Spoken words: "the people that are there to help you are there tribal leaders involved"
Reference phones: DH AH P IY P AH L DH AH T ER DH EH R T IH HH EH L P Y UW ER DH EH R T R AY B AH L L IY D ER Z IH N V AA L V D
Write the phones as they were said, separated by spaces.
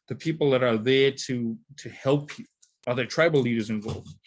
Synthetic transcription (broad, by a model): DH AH P IY P L DH AH T ER DH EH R T IH HH EH L P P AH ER DH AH R T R AY B L L IY D ER Z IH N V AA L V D